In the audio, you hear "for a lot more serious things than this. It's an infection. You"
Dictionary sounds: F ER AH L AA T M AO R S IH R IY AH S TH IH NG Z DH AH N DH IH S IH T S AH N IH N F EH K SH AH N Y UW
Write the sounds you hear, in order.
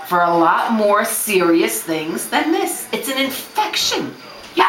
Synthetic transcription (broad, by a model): F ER AH L AA T M AO R S IH R IY AH S TH IH NG Z DH AH N DH IH S IH T S AH N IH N F EH K SH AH N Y